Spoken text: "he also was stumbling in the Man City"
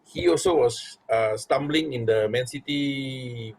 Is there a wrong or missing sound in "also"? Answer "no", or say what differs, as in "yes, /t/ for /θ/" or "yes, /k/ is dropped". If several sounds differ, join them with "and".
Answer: no